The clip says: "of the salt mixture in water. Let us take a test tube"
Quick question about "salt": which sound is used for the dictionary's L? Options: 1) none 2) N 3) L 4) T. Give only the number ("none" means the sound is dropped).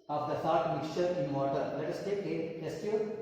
1